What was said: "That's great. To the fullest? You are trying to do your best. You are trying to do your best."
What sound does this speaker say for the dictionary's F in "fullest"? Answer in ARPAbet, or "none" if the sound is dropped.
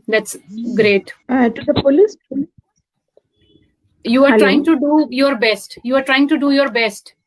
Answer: P